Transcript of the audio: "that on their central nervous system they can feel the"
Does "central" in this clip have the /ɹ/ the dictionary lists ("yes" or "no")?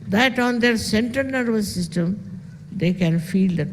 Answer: no